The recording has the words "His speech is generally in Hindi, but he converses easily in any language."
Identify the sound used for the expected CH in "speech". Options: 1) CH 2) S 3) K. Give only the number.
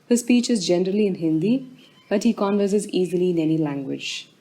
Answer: 1